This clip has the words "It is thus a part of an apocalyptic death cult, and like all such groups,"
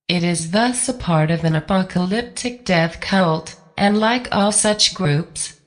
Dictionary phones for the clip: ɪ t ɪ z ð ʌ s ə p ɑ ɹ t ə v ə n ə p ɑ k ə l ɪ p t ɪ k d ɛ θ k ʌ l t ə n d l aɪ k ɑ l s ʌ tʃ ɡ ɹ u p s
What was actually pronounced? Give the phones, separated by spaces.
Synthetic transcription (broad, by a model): ɪ t ɪ z ð ʌ s ə p ɑ ɹ t ə v ə n ə p ɑ k ə l ɪ p t ɪ k d ɛ θ k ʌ l t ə n l aɪ k ɑ l s ʌ tʃ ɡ ɹ u p s